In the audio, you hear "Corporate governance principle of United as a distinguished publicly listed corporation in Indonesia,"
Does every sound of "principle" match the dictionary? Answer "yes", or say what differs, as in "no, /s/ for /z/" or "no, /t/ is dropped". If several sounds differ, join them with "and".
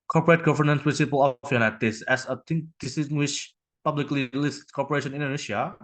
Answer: no, /n/ is dropped